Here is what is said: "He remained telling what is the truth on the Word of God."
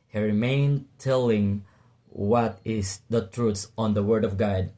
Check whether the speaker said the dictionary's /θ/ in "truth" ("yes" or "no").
no